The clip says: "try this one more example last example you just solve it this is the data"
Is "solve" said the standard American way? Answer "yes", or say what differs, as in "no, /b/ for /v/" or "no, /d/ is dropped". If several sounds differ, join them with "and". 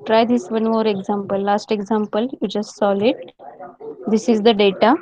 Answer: no, /v/ is dropped